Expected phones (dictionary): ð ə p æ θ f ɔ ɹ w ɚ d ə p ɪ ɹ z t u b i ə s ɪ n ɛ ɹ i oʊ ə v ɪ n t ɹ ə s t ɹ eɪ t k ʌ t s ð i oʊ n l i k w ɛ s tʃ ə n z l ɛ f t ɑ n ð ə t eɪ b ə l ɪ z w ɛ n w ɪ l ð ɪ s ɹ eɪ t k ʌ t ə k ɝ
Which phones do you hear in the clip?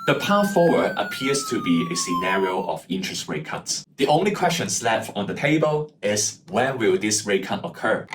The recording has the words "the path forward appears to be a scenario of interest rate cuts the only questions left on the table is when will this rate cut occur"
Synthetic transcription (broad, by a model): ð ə p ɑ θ f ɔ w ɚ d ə p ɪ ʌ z t u b i ə s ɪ n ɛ ɹ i oʊ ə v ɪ n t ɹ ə s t ɹ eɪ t k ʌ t s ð i oʊ n l i k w ɛ s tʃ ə n s l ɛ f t ɑ n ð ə t eɪ b ə l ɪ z w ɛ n w ɪ l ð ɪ s ɹ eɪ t k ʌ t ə k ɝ